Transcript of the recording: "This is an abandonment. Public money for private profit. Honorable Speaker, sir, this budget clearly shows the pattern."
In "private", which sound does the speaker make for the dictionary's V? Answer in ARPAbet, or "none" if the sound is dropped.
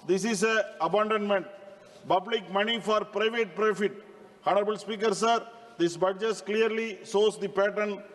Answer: V